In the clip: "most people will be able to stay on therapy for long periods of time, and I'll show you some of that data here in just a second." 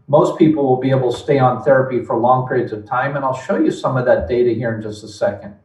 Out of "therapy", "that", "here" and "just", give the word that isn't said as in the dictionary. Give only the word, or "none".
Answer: none